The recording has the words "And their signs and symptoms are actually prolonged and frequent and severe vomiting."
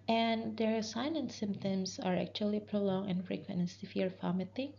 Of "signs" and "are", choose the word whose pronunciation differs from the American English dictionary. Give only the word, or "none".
signs